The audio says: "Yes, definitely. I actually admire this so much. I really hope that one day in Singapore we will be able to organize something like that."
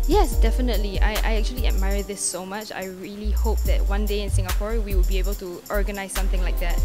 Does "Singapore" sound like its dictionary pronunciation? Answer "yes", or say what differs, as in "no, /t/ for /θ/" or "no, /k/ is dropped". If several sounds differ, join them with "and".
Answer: yes